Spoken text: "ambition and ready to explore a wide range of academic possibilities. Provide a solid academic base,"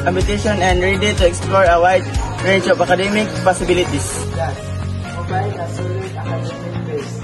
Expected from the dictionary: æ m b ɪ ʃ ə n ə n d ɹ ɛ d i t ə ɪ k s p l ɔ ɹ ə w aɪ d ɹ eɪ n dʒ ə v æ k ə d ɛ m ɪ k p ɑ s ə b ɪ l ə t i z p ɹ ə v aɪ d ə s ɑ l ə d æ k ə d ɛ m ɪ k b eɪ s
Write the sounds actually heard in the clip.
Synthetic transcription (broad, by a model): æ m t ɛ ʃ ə n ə n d ɹ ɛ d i t ə ɪ k s p l ɔ ɹ ə w aɪ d ɹ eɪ dʒ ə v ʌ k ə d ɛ m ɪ k p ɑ s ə b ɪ l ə t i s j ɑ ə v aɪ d ə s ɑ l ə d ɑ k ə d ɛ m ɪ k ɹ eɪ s